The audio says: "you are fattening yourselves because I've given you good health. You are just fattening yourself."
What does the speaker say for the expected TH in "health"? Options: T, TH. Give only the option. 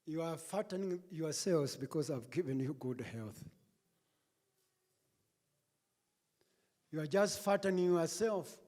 TH